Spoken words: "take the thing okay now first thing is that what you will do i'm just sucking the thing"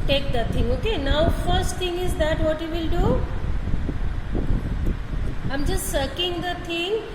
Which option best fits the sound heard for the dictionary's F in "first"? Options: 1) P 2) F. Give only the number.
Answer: 2